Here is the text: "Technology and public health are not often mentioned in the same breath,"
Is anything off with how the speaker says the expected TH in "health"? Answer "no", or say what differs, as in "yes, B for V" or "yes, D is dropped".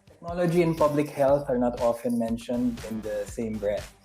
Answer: yes, T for TH